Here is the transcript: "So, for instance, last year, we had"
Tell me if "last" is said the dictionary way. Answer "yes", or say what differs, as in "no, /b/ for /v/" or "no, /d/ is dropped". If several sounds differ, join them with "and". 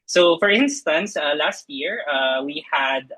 yes